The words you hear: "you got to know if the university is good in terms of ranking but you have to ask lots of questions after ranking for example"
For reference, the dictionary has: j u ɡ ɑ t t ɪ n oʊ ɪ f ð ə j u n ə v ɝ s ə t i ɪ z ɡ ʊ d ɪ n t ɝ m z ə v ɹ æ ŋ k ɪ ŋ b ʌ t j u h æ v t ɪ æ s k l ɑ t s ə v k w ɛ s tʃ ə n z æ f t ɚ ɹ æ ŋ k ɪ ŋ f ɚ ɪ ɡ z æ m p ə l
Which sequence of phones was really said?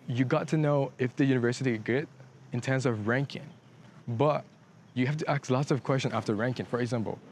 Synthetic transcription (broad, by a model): j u ɡ ɑ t t ɪ n oʊ ɪ f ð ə j u n ə v ɝ s ə t i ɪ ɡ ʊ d ɪ n t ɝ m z ə v ɹ æ ŋ k ɪ ŋ b ʌ t j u h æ f t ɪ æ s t l ɑ t s ə v k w ɛ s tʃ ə n æ f t ɚ ɹ æ ŋ k ɪ ŋ f ɚ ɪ ɡ z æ m p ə l